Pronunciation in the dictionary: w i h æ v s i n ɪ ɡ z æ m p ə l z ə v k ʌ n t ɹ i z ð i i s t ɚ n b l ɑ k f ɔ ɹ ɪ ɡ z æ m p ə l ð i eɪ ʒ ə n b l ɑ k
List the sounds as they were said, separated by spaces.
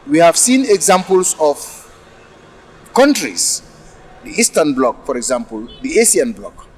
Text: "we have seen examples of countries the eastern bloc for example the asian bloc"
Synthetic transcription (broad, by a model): w i h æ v s i n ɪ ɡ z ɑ m p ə l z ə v k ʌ n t ɹ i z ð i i s t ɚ n b l ɑ k f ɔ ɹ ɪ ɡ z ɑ m p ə l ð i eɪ s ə n b l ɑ k